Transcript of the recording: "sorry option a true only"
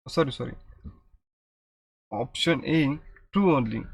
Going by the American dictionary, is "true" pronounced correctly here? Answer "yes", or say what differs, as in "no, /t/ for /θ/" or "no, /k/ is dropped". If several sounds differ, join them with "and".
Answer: no, /ɹ/ is dropped